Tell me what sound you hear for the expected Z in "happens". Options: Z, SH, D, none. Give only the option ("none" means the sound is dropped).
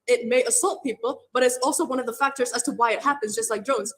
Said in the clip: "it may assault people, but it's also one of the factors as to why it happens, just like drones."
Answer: Z